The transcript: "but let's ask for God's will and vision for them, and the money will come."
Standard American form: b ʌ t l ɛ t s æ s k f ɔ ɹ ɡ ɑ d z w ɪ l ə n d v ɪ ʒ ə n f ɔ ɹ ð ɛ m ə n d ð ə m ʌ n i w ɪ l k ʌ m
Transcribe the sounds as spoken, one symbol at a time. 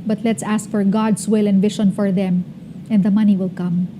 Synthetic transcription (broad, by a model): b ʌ t l ɛ t s æ s k f ɔ ɹ ɡ ɑ d s w ɪ l ə n d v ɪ ʃ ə n f ɔ ɹ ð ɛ m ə n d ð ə m ʌ n i w ɪ l k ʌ m